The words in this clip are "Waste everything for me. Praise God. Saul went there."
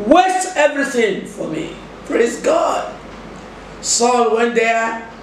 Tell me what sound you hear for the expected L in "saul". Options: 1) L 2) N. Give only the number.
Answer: 1